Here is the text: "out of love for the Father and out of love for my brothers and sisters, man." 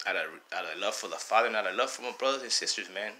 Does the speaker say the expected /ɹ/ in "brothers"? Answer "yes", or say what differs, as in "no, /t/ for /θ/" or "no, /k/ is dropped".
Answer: yes